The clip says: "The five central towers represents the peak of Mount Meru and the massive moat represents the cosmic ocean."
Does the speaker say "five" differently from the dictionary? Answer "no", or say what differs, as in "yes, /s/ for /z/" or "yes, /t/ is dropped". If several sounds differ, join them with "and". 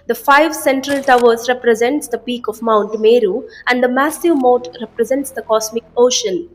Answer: no